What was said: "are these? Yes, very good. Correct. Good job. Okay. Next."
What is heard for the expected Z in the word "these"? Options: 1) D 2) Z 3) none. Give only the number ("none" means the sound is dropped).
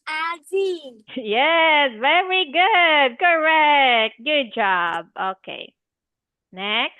3